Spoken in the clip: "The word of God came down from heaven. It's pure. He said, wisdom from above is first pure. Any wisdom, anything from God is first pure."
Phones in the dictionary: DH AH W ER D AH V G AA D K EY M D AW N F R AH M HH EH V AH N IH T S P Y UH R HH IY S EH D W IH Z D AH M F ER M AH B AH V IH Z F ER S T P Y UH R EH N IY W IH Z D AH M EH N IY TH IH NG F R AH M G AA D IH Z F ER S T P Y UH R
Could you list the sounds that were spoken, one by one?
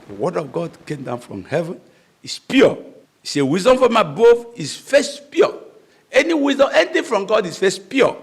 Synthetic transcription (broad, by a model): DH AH W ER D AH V G AA D K EY M D AW N F R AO M HH EH V AH N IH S P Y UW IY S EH W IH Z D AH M F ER M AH B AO F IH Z F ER S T P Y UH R EH N IY W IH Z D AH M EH N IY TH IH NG F R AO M G AA D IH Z F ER S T P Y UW